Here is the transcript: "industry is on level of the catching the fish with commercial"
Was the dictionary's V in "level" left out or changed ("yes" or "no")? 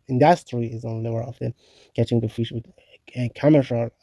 yes